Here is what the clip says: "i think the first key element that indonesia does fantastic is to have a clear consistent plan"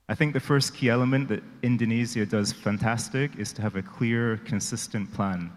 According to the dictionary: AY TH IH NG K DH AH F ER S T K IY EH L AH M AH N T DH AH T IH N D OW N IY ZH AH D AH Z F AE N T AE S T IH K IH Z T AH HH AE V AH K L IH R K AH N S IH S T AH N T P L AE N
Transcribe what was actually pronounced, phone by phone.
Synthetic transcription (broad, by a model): AY TH IH NG K DH AH F ER S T K IY EH L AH M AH N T DH AH T IH N D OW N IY Z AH D AH Z F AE N T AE S T IH K IH Z T AH V AH K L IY R K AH N S IH S T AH N P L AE N